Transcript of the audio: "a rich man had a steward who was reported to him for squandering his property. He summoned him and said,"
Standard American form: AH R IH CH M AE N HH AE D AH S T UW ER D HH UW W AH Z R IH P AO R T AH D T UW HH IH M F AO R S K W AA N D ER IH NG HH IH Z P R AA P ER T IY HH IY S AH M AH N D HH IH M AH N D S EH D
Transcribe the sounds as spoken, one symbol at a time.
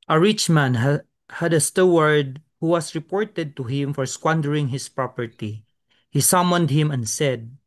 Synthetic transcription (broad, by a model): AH R IH CH M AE N HH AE D AH S T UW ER D HH UW W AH S R IH P AO R T AH D T UW HH IH M F AO R S K W AA N D ER IH NG HH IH S P R AA P ER T IY HH IY S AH M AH N D HH IH M AH N D S EH D